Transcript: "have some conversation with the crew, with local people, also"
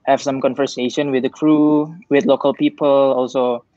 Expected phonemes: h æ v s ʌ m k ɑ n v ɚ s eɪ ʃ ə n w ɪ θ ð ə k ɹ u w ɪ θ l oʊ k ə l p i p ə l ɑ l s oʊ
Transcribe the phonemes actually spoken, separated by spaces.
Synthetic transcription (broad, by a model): h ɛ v s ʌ m k ɑ n v ɚ s eɪ ʃ ə n w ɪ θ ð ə k ɹ u w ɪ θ l oʊ k ə l p i p ə l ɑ l s oʊ